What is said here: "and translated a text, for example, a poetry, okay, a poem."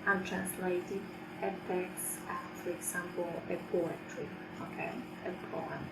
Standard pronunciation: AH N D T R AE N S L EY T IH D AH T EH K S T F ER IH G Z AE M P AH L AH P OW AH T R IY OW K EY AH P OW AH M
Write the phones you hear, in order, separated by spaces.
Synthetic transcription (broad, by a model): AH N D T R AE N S L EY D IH AH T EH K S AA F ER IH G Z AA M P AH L AH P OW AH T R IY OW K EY AH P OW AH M